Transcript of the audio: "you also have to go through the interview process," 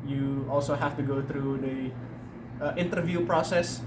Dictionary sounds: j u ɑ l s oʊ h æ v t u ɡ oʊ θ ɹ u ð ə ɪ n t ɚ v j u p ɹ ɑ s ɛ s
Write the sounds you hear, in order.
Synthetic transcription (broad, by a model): j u ɑ l s oʊ h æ f t u ɡ oʊ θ ɹ u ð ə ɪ n t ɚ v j u p ɹ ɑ s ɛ s